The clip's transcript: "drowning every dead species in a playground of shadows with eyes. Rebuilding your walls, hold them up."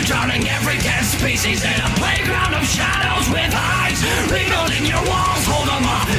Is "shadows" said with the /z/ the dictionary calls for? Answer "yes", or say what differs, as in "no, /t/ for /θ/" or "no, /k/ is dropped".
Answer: yes